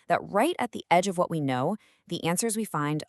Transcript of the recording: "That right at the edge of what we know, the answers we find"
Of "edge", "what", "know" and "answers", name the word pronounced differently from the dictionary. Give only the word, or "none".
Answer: none